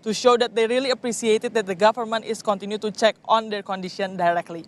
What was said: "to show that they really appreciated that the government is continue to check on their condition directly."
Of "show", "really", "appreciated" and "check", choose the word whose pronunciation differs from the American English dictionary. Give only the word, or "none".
appreciated